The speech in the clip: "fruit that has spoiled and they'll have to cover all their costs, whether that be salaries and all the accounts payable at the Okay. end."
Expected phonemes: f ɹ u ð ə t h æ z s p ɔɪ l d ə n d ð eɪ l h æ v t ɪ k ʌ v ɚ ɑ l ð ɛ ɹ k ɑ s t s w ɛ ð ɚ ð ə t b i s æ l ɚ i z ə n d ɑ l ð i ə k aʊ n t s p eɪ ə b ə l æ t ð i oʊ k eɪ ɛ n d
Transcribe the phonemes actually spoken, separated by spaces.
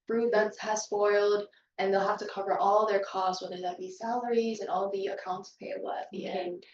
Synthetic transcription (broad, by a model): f ɹ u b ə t h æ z s p ɔɪ l d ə n ð eɪ l h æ f t ɪ k ʌ v ɚ ɑ l ð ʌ ɹ k ɑ s t s w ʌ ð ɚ ð ə t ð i s æ l ɚ i z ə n ɑ l ð i ə k aʊ n t s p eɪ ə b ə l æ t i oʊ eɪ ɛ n